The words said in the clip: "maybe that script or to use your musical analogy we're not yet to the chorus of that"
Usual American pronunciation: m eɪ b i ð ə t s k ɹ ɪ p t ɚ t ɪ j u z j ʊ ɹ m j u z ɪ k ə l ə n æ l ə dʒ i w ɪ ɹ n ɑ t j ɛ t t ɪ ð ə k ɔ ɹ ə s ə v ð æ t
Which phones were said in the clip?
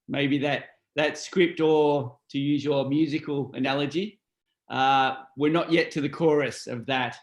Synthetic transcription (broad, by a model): m eɪ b i ð ə t s k ɹ ɪ p t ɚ t ɪ j u z j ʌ ɹ m j u z ɪ k ə l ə n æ l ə dʒ i w ɪ ɹ n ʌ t j ɛ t t ɪ ð ə k ɔ ɹ ə s ə v ð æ t